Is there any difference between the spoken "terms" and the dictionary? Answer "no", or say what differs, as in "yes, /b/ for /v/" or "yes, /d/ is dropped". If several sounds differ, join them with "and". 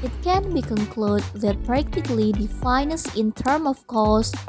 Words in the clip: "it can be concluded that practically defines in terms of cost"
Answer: yes, /z/ is dropped